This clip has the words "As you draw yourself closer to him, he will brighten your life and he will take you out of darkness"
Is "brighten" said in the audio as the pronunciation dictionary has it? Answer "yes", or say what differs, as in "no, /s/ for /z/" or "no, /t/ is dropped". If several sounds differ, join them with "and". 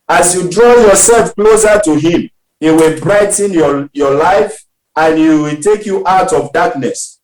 yes